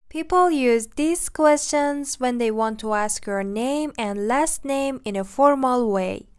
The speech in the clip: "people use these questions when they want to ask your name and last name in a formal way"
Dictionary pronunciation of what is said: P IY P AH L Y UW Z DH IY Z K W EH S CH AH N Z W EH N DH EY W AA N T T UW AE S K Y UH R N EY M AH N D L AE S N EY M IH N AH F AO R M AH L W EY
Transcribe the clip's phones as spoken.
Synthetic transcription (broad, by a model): P IY P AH L Y UW Z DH IY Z K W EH S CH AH N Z W EH N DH EY W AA N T T UW AE S K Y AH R N EY M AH N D L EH S N EY M IH N AH F AO R M AH L W EY